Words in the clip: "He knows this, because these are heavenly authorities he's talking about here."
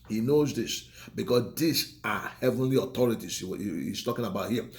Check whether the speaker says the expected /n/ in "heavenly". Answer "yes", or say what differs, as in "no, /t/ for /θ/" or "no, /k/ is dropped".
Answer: yes